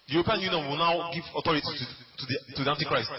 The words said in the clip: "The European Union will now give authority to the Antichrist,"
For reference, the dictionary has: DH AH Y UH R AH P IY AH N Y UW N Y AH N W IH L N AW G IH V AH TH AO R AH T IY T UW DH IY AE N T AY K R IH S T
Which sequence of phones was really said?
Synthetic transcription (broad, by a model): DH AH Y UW R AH P IY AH N Y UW N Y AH N W IH L N AW G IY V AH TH AO R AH T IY T UW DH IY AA N T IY K R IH S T